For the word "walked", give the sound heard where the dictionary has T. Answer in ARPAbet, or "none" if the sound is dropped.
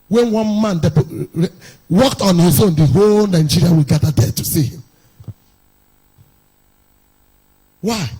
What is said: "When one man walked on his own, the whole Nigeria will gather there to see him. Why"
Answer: T